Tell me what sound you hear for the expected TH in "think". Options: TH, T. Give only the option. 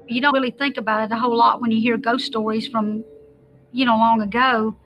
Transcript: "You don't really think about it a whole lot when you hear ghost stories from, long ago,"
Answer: TH